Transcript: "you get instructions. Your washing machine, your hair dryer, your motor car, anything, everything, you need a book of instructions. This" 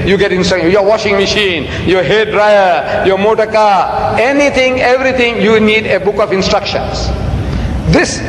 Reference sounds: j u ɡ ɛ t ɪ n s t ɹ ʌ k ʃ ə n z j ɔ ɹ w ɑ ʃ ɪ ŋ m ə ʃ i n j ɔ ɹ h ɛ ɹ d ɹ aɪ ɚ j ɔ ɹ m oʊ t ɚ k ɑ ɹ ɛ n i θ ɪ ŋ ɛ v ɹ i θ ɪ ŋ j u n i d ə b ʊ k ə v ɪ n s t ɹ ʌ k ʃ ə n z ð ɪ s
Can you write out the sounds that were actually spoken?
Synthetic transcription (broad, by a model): j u ɡ ɛ t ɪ n s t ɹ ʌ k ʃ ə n j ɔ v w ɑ ʃ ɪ ŋ m ə ʃ i n j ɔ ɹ h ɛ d ɹ aɪ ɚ j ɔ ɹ m oʊ t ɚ k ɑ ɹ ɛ n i t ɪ ŋ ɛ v ɹ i t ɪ ŋ j u n i d ə b ʊ k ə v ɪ n s t ɹ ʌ k ʃ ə n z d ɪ s